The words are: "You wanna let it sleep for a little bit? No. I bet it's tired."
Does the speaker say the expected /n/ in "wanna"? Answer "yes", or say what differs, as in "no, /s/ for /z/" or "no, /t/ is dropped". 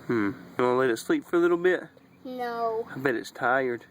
no, /n/ is dropped